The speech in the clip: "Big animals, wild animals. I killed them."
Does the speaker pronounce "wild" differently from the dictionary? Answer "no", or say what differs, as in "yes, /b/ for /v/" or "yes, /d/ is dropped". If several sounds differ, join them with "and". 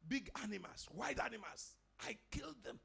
yes, /l/ is dropped